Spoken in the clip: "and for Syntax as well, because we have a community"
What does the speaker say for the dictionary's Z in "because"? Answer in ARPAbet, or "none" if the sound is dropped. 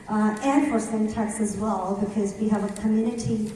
Z